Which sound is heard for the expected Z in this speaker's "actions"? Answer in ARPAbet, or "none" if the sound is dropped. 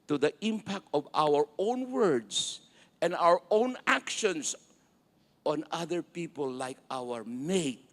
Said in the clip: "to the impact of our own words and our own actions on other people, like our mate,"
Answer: S